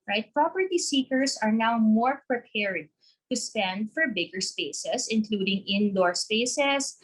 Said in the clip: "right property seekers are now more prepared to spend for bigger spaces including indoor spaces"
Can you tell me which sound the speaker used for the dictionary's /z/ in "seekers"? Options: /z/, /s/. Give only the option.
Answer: /s/